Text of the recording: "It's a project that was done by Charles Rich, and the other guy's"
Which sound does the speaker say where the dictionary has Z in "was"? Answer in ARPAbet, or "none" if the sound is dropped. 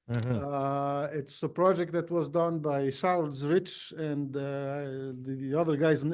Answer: Z